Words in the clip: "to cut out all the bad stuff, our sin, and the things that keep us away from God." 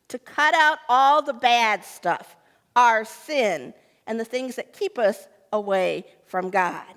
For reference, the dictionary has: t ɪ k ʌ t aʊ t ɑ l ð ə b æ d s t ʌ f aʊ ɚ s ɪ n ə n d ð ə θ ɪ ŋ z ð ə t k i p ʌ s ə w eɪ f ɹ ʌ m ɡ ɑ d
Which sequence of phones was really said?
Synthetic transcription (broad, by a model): t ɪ k ʌ t aʊ t ɑ l ð ə b æ d s t ʌ f aʊ ɚ s ɪ n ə n ð ə θ ɪ ŋ z ð ə t k i p ʌ s ə w eɪ f ɹ ʌ m ɡ ɑ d